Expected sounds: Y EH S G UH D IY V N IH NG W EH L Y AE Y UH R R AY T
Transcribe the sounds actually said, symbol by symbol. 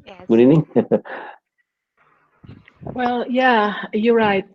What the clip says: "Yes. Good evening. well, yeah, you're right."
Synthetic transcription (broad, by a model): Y G UH D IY N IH NG W EH L Y AE Y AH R R AY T